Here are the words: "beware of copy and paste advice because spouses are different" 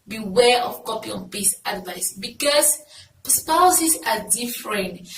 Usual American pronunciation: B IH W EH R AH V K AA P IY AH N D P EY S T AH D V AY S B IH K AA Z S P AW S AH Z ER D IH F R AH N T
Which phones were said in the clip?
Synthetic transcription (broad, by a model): B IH W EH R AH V K AA P IY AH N P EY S AH D V AY S B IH K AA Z S P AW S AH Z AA D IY F R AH N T